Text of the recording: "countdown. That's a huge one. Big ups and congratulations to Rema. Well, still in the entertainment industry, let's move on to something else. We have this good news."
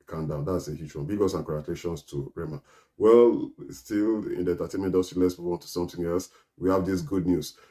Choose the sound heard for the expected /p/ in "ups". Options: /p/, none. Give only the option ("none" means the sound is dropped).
none